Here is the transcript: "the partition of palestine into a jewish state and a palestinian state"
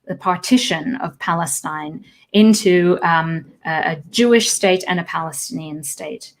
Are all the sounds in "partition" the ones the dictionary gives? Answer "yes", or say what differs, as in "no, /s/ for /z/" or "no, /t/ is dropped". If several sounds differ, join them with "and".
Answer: yes